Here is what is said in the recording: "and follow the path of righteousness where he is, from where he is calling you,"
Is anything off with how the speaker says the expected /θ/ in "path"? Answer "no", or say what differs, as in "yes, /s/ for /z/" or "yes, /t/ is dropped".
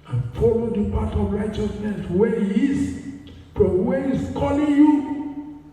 yes, /t/ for /θ/